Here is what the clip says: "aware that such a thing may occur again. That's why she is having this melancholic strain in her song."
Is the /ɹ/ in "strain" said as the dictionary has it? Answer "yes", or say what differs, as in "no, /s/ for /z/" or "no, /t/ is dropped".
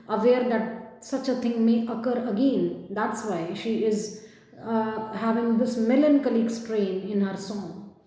yes